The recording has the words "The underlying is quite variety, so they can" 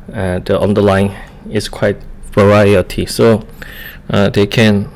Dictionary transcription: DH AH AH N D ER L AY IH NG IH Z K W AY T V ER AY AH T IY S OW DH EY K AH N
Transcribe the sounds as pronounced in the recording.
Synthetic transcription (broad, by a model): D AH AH N D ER L AY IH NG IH S K W AY T V ER AY AH T IY S OW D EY K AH N